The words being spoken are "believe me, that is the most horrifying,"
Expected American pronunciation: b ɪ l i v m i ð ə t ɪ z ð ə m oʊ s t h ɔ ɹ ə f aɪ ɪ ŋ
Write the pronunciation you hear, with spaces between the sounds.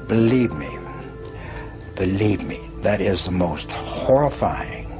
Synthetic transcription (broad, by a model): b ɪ l i v m i ð ə t ɪ z ð ə m oʊ s t h ɔ ɹ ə f aɪ ɪ ŋ